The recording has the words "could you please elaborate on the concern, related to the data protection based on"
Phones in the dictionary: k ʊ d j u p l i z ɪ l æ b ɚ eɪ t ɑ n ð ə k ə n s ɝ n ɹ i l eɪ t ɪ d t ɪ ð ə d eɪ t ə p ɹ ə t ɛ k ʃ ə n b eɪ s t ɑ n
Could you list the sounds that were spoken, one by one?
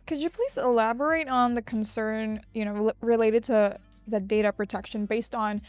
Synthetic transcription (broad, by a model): k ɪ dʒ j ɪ p l i z ɪ l æ b ɚ eɪ t n ð ə k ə n s ɝ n ɹ i l eɪ t ɪ d t ɪ ð ə d eɪ t ə p ɹ ə t ɛ k ʃ ə n b eɪ s t n